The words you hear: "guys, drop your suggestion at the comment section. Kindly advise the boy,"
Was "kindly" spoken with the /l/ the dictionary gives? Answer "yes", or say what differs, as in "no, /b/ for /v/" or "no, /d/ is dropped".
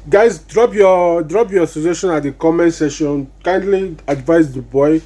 yes